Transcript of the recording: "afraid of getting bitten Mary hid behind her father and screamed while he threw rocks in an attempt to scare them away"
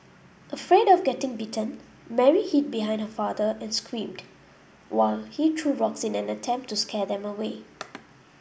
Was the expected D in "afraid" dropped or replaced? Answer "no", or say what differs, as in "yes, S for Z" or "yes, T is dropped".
no